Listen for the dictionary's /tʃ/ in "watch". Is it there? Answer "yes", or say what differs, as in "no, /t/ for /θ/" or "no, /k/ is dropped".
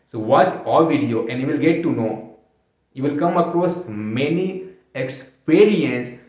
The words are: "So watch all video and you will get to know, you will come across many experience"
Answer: no, /s/ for /tʃ/